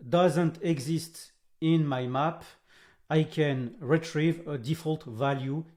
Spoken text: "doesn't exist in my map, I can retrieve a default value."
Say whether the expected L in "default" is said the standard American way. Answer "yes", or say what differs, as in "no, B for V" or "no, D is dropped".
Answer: yes